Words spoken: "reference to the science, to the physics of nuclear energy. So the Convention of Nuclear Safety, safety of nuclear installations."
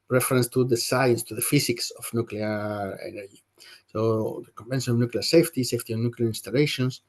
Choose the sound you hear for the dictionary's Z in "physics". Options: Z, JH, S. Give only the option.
S